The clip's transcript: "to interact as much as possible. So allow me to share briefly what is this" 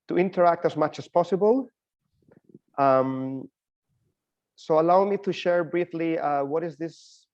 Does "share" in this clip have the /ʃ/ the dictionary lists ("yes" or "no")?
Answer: yes